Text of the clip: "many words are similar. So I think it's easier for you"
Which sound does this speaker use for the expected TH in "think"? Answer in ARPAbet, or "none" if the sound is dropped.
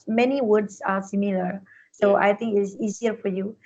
T